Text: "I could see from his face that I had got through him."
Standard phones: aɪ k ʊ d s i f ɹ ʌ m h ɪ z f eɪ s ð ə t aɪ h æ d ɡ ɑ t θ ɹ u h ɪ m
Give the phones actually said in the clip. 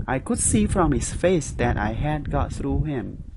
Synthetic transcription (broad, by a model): aɪ k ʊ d s i f ɹ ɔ m h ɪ s f eɪ s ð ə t aɪ h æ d ɡ ɑ t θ ɹ u h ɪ m